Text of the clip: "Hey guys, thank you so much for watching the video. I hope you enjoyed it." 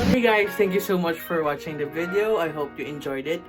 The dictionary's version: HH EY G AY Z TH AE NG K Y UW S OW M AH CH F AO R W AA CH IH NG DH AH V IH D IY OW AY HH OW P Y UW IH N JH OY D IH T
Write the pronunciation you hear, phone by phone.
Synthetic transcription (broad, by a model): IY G AY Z T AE NG K Y UW S OW M AH CH F AO R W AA CH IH NG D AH V IH D IY OW AY HH OW P Y UW IH N JH OY D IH T